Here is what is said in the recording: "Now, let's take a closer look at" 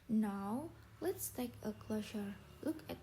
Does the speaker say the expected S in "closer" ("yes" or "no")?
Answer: no